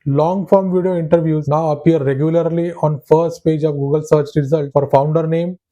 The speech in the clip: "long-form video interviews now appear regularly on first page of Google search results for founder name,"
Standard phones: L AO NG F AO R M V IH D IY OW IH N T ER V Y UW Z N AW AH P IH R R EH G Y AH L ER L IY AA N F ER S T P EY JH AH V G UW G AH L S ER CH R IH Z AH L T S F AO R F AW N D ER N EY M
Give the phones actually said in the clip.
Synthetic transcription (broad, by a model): L AO NG F AO R M V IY D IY OW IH N T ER V Y UW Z N AW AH P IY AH R EH G Y AH L ER L IY AA N F ER S T P EY JH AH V G UW G AH L S ER CH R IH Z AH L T F AO R F AW N D ER N EY M